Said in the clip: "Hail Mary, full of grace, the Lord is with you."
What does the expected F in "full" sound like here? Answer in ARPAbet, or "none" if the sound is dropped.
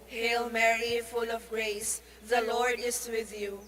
F